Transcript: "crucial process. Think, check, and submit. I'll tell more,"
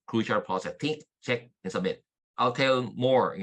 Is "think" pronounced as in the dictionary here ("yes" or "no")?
no